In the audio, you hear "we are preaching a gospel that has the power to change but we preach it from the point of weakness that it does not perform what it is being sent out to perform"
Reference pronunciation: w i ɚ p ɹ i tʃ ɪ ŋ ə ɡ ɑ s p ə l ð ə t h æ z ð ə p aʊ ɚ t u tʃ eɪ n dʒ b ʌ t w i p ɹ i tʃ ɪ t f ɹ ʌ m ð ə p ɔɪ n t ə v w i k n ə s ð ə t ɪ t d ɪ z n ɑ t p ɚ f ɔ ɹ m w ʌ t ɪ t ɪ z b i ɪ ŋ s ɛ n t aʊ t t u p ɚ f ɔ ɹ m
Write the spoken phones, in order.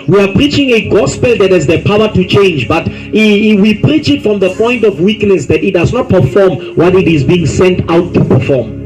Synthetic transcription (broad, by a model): w i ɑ p ɹ i tʃ ɪ ŋ ə ɡ ɑ s p ə l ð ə t h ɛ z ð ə p aʊ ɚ t u tʃ eɪ n dʒ b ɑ t w i p ɹ i tʃ ɪ t f ɹ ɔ m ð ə p ɔɪ n t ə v w i k n ə s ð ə t ɪ t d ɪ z n ɑ t p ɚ f ɔ m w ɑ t ɪ t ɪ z b i ɪ ŋ s ɛ n t aʊ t t u p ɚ f ɔ m